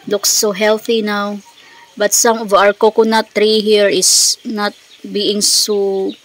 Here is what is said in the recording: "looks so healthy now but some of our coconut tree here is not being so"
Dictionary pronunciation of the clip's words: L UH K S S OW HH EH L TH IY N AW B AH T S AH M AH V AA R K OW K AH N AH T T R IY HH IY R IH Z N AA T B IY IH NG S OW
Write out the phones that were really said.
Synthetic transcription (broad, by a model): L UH K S S OW HH EH L TH IY N AW B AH T S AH M AH V AA R K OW K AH N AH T T R IY HH IY R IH S N AA T B IY IH NG S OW